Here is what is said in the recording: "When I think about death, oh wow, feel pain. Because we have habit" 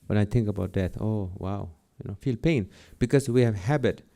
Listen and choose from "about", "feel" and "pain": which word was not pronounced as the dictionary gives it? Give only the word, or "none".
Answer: none